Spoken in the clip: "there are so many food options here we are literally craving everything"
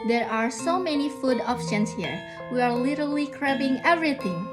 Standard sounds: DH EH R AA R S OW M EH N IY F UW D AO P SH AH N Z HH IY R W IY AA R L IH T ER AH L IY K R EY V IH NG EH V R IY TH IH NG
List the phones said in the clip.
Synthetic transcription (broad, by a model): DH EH R AA R S OW M EH N IY F UW D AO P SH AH N S HH IY R W IY AA R L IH T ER L IY K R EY B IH NG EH V R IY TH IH NG